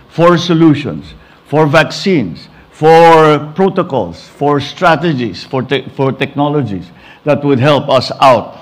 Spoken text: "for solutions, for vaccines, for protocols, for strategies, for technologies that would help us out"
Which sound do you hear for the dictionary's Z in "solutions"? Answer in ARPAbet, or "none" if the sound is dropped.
S